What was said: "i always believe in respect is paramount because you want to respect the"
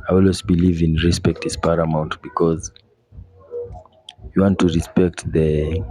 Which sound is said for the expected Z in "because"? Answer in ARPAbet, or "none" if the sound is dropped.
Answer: Z